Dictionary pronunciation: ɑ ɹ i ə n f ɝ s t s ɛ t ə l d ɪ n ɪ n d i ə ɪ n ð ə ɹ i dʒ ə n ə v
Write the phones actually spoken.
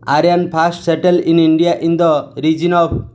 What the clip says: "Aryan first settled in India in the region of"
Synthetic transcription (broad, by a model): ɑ ɹ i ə n p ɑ s t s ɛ t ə l ɪ n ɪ n d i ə ɪ n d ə ɹ i dʒ ə n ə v